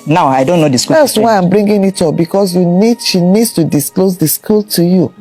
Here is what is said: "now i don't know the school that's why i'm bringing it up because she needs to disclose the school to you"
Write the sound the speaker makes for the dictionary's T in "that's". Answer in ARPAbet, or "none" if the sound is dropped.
S